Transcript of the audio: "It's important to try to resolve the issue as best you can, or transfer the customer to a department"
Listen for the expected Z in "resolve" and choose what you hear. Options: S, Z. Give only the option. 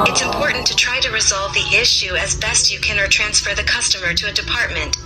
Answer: Z